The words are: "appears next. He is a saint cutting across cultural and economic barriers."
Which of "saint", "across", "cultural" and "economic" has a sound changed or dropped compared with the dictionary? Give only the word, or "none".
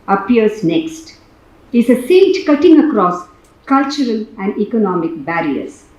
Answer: saint